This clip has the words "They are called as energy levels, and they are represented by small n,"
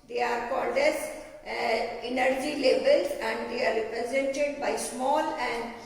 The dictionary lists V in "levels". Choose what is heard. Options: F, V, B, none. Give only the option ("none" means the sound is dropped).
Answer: B